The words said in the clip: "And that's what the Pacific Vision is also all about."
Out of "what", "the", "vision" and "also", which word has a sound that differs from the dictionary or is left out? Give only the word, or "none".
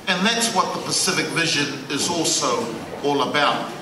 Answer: none